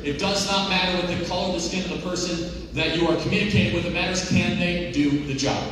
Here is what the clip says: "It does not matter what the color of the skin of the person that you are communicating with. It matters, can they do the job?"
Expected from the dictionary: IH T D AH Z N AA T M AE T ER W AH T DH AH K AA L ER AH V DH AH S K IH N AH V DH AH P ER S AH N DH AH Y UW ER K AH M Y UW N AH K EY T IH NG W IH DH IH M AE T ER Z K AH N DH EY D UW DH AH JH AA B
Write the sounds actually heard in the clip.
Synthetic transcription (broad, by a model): IH T D AH Z N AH T M AE T ER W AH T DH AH K AA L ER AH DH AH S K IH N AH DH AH P ER S AH N DH AH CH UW ER K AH M Y UW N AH K EY T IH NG W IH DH IH M AE T ER Z K AH N DH EY D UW DH AH JH AA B